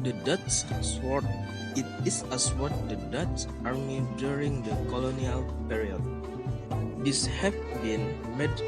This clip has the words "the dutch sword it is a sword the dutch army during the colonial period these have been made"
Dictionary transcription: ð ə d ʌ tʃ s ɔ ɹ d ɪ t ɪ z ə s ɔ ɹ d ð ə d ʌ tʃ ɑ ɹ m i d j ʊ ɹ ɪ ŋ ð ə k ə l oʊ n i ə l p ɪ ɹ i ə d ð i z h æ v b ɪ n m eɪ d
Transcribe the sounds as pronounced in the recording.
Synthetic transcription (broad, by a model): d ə d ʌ s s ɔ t ɪ t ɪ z ə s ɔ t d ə d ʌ s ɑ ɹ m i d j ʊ ɹ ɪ ŋ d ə k ə l oʊ n i ə l p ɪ ɹ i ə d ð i s h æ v b ɪ n m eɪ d